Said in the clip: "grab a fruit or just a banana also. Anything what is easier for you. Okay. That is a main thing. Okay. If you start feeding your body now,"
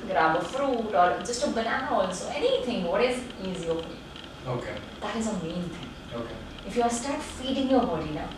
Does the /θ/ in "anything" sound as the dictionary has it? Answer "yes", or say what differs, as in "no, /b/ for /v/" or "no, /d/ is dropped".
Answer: no, /t/ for /θ/